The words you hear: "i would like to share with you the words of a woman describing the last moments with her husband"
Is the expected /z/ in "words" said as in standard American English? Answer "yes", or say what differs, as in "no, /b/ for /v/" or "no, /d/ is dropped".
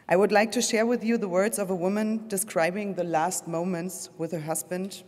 yes